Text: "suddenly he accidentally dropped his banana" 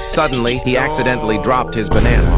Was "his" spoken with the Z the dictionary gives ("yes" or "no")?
yes